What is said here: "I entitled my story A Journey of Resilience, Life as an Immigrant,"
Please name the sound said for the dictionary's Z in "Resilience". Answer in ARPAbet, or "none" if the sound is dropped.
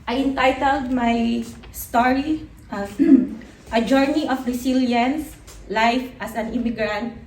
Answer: S